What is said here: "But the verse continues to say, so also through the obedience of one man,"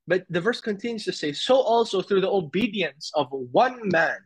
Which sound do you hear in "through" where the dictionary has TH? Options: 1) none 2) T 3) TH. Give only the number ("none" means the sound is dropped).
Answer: 3